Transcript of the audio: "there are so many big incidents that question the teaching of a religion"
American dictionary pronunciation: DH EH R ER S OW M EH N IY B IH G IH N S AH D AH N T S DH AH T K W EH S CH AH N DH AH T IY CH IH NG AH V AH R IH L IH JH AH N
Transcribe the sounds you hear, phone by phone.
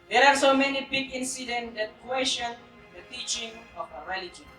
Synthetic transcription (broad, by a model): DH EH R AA S OW M EH N IY B IH G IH N S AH D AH N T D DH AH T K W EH SH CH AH N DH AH T IY CH IH NG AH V AH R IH L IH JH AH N